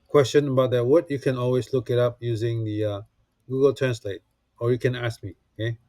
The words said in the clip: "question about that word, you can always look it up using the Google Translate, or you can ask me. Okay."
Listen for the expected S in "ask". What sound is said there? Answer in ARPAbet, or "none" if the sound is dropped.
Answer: S